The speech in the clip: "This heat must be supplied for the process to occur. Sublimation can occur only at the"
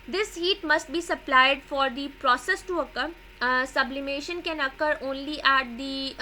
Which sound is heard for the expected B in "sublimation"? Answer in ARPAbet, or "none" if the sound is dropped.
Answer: B